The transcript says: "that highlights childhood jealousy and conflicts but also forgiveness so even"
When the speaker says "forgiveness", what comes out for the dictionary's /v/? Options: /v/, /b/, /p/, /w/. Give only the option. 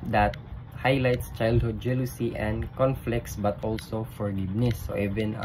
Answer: /b/